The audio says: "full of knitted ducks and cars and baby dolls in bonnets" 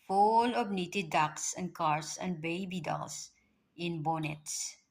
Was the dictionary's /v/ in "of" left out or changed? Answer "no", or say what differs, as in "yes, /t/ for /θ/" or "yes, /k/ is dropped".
yes, /b/ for /v/